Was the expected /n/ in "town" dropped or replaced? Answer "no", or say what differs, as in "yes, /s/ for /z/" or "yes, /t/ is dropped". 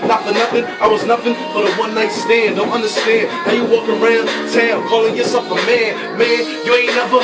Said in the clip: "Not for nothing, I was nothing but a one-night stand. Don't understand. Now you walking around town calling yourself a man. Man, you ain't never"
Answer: yes, /l/ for /n/